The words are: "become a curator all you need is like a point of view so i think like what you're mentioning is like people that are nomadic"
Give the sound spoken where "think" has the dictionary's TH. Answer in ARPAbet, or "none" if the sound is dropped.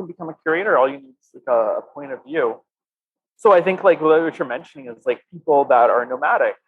TH